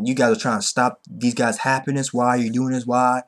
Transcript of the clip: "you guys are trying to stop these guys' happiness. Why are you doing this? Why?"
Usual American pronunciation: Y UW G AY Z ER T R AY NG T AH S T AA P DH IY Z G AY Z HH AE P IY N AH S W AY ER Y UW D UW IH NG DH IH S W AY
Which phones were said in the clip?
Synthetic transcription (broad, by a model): Y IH G AY Z ER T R AY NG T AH S T AA P DH IY Z G AY Z HH AE P IY N AH S W AY Y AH D UW IH NG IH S W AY